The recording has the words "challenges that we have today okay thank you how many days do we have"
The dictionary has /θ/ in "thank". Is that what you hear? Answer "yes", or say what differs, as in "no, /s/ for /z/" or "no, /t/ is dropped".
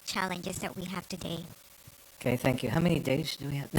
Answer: yes